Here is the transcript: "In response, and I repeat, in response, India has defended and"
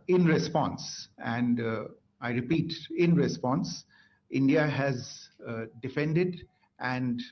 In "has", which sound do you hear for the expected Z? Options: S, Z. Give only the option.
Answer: Z